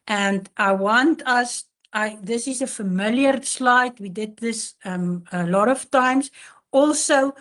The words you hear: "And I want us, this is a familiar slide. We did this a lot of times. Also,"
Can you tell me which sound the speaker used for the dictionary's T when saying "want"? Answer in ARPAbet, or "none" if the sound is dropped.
T